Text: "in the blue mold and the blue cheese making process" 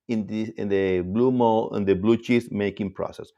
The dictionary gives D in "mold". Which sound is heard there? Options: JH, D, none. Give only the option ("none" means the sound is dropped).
none